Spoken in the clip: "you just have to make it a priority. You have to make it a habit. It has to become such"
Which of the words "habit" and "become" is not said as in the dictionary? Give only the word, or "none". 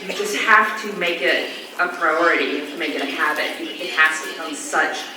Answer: become